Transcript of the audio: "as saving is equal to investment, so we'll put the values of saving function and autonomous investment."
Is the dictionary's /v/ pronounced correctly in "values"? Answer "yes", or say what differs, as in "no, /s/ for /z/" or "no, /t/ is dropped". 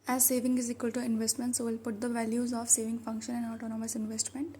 yes